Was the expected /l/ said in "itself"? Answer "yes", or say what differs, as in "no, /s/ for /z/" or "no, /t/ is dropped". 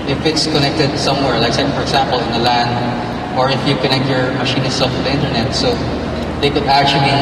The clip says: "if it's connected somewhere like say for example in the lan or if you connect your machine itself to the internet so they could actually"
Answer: no, /l/ is dropped